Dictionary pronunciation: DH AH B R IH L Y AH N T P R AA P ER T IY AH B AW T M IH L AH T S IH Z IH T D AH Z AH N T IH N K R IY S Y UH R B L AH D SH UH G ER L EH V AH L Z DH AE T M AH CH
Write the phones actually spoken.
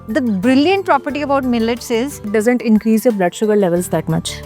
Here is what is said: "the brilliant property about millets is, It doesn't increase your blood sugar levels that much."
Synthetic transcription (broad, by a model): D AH B R IH L Y AH N T P R AA P ER T IY AH B AW T M IH L AH T S IH Z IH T D AH Z AH N T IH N K R IY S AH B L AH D SH UH G ER L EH V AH L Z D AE T M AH CH